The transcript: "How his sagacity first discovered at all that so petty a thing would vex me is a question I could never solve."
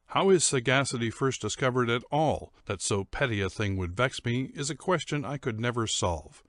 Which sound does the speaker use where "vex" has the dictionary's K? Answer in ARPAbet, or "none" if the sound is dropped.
K